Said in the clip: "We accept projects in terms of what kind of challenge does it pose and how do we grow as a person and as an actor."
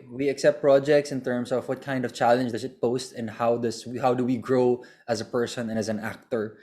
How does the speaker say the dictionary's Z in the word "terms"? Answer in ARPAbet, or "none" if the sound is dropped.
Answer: S